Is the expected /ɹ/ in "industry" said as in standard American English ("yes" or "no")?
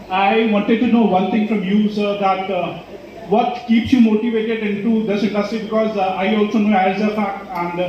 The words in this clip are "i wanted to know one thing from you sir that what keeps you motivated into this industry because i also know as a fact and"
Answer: no